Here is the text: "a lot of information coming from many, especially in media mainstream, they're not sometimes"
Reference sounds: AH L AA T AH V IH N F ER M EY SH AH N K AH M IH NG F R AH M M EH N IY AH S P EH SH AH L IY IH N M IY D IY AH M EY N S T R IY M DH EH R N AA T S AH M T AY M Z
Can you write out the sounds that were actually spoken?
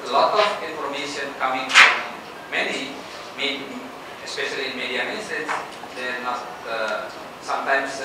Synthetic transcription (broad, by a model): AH L AA T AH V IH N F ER M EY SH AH N K AH M IH NG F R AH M M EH N IY AH S P EH SH AH L IY IH N M IY D IY AH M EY S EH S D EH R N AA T S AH M T AY M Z